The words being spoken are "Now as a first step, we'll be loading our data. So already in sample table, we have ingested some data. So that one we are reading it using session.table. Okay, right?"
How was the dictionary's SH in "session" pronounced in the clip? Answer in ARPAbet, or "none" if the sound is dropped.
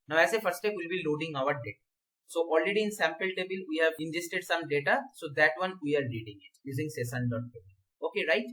S